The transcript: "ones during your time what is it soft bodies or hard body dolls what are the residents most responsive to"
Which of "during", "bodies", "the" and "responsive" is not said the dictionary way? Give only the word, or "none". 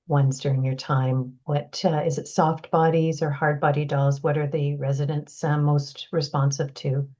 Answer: none